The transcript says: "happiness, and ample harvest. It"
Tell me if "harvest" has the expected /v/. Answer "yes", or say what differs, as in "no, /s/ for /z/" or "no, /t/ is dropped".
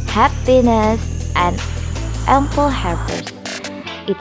no, /p/ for /v/